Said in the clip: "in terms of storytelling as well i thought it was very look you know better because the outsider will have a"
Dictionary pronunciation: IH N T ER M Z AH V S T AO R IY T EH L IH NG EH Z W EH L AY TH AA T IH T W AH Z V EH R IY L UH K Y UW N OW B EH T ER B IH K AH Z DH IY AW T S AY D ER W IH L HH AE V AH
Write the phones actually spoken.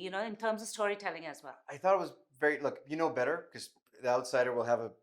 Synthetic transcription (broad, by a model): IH N T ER M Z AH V S T AO R IY T EH L IH NG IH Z W EH L AY TH AA T IH T W AH Z V EH R IY L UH K Y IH N OW B EH T ER K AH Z DH IY AW T S AY D ER W IH L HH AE V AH